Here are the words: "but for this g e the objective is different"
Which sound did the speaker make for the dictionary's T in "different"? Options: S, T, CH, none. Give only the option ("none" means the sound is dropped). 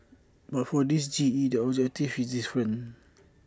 none